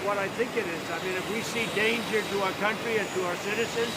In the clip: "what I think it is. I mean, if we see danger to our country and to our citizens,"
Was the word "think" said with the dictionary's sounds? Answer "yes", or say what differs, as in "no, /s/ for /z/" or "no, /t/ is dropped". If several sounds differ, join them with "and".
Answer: yes